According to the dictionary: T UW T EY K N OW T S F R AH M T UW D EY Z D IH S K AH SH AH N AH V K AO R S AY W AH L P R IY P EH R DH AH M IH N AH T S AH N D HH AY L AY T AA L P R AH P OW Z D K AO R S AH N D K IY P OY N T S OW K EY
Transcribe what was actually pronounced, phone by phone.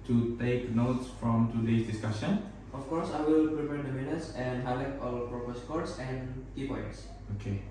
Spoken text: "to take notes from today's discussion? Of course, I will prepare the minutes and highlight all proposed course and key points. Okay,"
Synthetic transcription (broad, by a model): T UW T EY K N OW T S F R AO M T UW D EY S D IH S K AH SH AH N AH F K AO R S AY W AH L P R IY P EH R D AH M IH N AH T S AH N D HH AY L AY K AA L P R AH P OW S K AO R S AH N K IY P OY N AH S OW K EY